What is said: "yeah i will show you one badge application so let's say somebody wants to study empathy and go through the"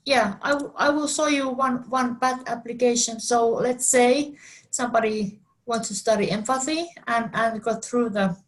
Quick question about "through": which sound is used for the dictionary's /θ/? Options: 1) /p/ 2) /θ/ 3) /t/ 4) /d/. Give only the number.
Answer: 2